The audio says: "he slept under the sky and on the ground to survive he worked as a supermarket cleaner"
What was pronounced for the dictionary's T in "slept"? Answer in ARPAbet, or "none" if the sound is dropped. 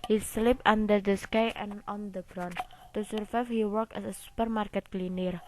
none